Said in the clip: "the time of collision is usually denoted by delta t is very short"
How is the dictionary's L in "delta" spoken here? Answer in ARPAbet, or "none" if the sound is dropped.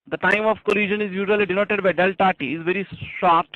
L